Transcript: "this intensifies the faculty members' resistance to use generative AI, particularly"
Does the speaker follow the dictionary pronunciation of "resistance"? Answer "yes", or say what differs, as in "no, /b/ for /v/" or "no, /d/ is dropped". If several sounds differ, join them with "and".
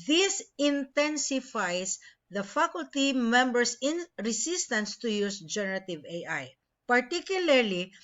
no, /s/ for /z/